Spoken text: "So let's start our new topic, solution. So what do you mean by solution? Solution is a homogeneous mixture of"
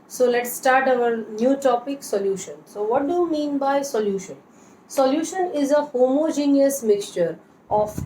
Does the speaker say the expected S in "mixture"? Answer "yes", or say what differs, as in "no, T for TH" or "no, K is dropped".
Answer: yes